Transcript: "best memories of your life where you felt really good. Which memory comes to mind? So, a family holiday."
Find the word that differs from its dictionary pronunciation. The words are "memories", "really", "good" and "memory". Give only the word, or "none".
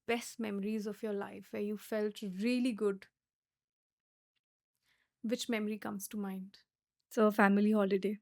none